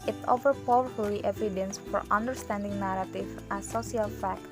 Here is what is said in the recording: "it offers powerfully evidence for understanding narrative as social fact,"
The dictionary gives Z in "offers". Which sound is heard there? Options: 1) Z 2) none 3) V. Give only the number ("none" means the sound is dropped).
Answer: 2